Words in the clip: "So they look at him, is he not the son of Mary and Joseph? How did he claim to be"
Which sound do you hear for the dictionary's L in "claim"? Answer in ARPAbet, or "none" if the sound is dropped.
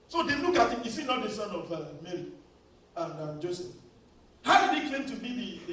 none